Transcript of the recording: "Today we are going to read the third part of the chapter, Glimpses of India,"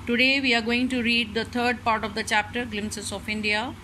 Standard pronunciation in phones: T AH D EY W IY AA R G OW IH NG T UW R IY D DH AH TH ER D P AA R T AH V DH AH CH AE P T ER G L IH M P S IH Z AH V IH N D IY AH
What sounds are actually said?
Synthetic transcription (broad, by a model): T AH D EY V IY AA R G OW IH NG T UW R IY D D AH T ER D P AA R T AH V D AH CH AE P T ER G L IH M S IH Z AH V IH N D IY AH